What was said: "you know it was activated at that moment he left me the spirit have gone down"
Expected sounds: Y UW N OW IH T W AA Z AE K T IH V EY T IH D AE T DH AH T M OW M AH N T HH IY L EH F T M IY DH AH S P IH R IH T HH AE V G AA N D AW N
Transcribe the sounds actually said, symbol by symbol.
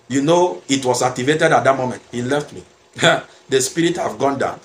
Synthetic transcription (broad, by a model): Y UW N OW IH T W AA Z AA K T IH V EY T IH D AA T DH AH T M OW M AH N T HH IY L EH F T M IY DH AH S P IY R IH T HH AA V G AA N D AW N